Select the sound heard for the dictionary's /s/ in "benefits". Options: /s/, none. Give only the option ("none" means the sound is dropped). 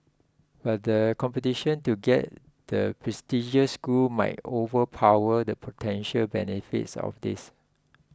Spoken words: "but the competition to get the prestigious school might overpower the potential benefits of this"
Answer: /s/